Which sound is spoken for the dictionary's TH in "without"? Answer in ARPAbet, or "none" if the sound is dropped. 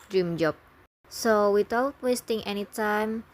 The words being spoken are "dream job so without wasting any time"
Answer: T